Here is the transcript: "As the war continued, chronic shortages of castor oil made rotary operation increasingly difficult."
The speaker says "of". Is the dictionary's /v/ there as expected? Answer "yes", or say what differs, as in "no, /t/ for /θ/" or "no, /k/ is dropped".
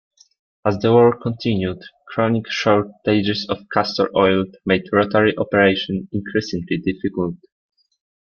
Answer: no, /f/ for /v/